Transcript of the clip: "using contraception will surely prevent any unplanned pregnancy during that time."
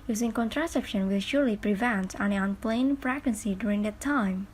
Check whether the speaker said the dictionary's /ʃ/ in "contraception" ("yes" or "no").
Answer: yes